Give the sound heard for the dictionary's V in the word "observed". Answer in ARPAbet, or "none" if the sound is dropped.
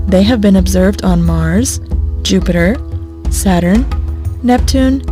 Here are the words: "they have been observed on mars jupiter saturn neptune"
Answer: V